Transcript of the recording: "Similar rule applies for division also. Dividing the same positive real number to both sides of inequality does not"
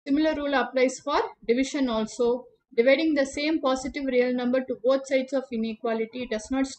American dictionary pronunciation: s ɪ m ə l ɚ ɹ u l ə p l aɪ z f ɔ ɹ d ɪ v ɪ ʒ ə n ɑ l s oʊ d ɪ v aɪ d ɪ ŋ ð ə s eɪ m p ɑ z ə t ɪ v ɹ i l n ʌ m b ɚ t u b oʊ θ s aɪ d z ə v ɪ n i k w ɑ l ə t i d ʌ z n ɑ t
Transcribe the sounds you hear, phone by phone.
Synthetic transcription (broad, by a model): s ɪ m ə l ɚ ɹ u l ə p l aɪ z f ɔ ɹ d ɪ v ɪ ʃ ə n ɑ l s oʊ d ɪ v aɪ d ɪ ŋ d ə s eɪ m p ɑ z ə t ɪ v ɹ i l n ʌ m b ɚ t u b oʊ t s aɪ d s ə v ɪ n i k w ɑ l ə t i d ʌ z n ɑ t